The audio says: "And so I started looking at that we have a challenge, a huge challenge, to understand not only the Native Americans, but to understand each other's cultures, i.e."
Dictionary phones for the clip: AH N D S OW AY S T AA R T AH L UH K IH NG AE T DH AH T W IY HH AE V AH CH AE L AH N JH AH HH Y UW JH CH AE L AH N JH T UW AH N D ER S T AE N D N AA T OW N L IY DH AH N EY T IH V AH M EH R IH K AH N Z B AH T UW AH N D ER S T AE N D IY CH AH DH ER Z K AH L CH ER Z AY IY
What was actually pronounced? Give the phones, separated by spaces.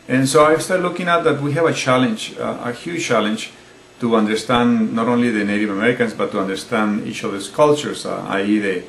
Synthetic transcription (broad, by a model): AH N S OW AY S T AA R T L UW K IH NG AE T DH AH T W IY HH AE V AH CH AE L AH N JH AH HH Y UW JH CH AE L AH N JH T UW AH N D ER S T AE N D N AA T OW N L IY DH AH N EY T IH V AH M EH R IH K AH N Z B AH T UW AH N D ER S T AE N D IY CH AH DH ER S K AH L CH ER S AY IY